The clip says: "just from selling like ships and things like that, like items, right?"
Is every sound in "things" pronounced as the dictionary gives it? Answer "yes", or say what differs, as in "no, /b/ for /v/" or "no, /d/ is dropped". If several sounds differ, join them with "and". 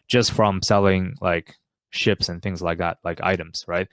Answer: yes